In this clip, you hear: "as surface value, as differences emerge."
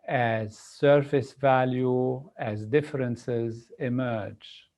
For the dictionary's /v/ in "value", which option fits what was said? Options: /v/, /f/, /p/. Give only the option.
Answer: /v/